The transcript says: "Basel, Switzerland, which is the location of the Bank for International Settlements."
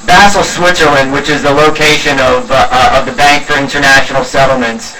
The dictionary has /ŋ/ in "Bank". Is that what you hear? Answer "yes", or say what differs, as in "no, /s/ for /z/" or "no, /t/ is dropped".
yes